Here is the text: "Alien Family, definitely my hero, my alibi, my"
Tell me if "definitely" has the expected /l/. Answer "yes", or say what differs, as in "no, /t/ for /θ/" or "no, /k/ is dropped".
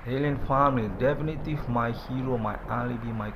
no, /l/ is dropped